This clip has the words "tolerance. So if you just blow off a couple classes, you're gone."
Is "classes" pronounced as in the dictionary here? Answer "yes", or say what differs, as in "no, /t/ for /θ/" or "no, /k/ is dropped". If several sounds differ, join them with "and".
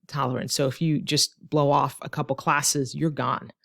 yes